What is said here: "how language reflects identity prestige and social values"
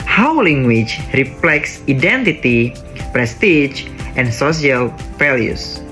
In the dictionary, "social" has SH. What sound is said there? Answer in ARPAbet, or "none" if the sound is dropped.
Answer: S